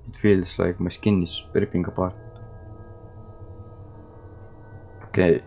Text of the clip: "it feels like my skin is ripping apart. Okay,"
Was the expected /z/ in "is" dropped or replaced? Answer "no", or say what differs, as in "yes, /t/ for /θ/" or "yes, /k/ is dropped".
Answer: yes, /s/ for /z/